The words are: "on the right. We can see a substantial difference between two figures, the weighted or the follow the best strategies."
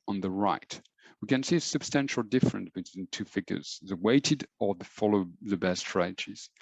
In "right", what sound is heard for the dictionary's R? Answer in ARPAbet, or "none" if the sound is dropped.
R